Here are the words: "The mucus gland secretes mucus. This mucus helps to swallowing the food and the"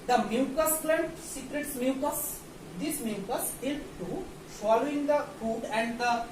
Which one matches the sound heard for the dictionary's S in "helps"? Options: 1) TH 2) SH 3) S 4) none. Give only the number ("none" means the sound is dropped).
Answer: 4